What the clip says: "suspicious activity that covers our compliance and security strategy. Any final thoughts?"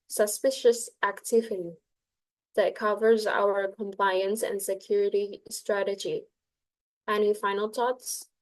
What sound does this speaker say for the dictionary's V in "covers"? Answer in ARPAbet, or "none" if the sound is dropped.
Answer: V